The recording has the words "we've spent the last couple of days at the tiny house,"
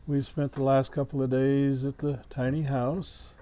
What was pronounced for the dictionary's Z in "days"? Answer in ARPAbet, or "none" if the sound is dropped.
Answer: Z